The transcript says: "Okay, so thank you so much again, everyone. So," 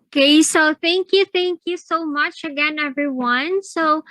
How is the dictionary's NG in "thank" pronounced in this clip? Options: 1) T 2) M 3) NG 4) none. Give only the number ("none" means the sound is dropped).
3